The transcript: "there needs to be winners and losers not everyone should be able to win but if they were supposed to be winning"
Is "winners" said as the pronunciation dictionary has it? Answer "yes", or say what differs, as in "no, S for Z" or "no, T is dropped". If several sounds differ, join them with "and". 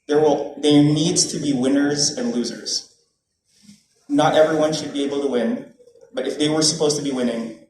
yes